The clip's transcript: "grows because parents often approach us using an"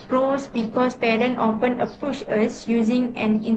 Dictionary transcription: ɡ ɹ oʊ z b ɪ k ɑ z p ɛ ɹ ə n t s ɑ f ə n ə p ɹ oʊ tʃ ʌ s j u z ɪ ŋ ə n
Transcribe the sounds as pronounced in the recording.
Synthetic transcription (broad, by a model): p ɹ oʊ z b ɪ k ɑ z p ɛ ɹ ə n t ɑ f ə n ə p u ʃ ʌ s j u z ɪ ŋ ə n